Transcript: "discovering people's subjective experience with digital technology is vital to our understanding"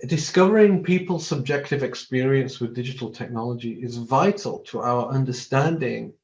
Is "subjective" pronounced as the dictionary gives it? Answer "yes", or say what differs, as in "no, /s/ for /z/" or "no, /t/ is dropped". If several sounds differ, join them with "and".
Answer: yes